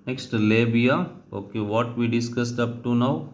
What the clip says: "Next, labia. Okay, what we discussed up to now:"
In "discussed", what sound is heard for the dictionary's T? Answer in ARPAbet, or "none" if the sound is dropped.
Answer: T